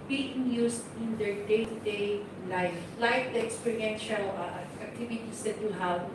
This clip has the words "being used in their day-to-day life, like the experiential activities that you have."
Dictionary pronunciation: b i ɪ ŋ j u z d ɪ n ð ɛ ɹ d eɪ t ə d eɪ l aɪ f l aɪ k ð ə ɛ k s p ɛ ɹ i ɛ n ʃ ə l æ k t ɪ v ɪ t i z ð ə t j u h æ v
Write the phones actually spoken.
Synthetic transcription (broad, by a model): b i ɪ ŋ j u s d ɪ n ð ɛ ɹ d eɪ t ə d eɪ l aɪ f l aɪ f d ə ɛ k s p ɛ ɹ i ɛ n ʃ ə l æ k t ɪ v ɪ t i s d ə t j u h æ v